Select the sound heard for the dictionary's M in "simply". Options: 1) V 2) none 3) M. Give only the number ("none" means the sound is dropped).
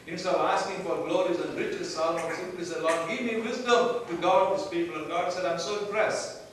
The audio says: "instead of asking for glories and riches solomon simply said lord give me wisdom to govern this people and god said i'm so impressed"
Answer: 2